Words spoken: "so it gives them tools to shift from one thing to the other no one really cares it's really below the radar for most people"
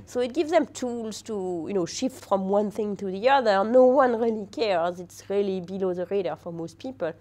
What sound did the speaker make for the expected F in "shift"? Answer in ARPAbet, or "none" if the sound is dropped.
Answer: F